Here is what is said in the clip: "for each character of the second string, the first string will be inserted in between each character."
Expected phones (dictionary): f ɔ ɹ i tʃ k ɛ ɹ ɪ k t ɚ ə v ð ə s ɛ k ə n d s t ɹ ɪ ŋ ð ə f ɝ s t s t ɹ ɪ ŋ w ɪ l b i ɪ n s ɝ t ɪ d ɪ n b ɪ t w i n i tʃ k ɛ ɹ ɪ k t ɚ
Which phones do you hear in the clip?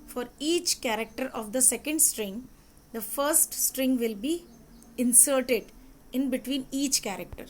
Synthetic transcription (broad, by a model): f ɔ ɹ i tʃ k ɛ ɹ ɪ k t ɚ ə v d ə s ɛ k ə n d s t ɹ ɪ ŋ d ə f ɝ s t s t ɹ ɪ ŋ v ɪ l b i ɪ n s ɝ t ɪ d ɪ n b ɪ t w i n i tʃ k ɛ ɹ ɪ k t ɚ